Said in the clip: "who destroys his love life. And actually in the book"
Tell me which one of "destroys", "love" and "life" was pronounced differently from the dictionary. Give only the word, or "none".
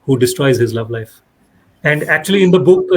none